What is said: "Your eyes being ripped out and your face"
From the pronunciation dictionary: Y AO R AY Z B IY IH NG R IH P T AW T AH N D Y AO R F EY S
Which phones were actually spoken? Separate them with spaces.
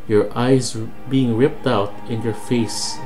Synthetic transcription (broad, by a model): Y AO R AY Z B IY IH NG R IH P T AW T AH N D Y AO R F EY S